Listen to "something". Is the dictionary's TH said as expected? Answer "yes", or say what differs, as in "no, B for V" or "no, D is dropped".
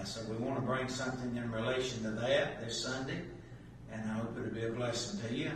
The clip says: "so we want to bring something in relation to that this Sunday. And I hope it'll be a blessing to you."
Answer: yes